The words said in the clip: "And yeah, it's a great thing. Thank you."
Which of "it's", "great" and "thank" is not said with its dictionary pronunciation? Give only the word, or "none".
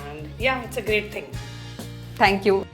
thank